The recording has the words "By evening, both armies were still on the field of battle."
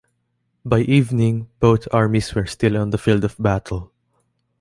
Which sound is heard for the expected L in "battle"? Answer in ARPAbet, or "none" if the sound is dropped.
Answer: L